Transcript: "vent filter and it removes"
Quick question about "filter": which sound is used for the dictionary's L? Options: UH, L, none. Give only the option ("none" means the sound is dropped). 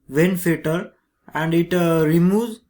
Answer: none